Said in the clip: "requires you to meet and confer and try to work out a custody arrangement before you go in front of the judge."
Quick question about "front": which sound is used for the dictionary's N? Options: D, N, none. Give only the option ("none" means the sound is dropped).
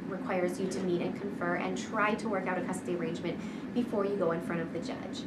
none